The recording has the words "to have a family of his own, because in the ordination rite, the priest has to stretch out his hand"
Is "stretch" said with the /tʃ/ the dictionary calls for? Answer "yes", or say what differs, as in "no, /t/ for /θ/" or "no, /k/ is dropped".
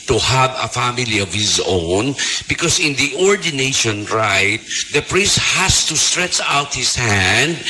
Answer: yes